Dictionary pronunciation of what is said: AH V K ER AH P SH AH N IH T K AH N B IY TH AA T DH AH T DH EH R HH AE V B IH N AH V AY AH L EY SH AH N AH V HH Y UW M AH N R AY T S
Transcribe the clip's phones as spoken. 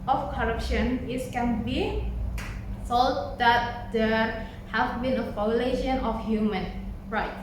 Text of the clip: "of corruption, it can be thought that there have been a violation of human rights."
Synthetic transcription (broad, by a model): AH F K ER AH P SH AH N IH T K AH N B IY S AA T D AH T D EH HH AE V B IH N AH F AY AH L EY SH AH N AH F HH Y UW M AH N R AY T